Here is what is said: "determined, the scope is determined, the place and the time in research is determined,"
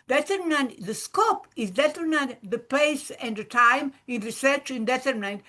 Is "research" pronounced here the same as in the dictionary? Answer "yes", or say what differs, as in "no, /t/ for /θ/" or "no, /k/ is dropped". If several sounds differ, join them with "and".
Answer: yes